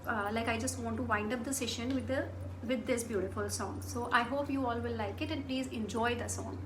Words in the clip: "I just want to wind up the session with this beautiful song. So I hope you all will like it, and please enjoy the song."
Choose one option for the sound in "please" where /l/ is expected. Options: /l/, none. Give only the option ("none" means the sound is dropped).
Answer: /l/